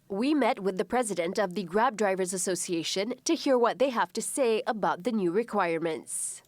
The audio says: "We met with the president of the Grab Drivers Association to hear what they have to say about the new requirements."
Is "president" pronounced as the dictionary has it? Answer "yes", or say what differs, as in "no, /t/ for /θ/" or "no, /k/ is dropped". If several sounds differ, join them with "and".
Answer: yes